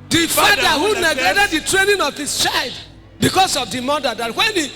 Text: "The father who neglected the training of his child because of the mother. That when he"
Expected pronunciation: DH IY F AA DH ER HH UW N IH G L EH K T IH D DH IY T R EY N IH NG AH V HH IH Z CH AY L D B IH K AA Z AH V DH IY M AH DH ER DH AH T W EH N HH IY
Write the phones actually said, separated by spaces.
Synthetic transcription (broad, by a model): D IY F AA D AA HH UW N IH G EH T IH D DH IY T R EY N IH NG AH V HH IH S CH AY L D B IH K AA S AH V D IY M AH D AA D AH T W EH N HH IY